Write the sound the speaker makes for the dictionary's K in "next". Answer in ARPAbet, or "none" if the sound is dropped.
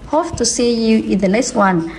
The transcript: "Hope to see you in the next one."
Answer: none